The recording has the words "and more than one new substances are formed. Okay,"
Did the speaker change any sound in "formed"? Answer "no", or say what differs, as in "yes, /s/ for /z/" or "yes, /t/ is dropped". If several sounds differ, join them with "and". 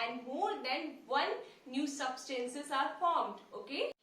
no